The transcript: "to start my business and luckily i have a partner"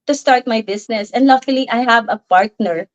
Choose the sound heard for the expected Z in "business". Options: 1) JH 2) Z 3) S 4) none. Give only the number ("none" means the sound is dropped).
3